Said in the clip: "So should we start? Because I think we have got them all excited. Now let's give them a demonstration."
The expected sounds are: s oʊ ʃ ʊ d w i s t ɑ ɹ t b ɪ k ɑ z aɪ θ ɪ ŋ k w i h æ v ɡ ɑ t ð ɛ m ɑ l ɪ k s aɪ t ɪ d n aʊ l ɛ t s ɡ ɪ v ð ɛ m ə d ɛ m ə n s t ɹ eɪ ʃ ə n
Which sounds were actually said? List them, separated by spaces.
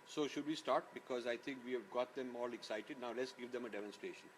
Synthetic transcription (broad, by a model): s oʊ ʃ ʊ d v i s t ɑ ɹ t b ɪ k ɑ z aɪ t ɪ ŋ k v i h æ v ɡ ɑ t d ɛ m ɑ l ɪ k s aɪ t ɪ d n aʊ l ɛ t s ɡ ɪ v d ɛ m ə d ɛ m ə n s t ɹ eɪ ʃ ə n